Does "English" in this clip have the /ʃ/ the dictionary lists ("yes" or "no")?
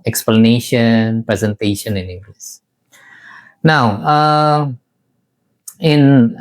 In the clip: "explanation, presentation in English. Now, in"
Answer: no